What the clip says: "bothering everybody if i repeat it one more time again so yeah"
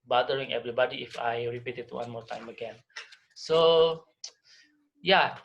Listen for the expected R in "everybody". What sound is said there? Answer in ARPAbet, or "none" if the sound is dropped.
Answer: R